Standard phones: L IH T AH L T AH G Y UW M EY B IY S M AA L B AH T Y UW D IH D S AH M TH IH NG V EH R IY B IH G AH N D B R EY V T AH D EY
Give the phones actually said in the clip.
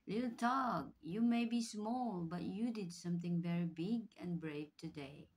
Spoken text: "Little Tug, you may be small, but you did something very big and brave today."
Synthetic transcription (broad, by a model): L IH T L T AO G Y UW M EY B IY S M AA L B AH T Y UW D IH D S AH M TH IH NG V EH R IY B IH G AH N B R EY V T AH D EY